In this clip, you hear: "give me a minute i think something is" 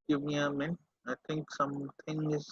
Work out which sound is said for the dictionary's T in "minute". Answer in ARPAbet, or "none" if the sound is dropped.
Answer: none